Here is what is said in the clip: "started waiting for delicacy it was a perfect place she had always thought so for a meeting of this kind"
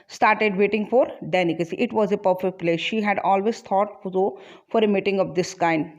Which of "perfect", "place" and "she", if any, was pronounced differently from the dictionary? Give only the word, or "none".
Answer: none